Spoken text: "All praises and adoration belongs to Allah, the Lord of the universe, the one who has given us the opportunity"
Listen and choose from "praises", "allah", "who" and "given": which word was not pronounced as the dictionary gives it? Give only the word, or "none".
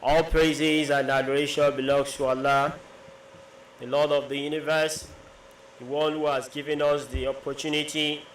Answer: none